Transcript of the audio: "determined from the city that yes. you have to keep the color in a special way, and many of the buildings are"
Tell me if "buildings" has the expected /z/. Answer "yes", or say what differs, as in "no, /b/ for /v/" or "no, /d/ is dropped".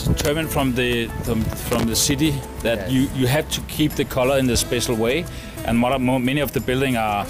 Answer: no, /z/ is dropped